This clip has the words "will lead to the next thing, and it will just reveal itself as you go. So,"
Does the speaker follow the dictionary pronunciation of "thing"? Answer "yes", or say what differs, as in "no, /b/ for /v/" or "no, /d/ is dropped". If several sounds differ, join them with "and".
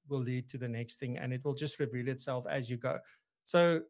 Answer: yes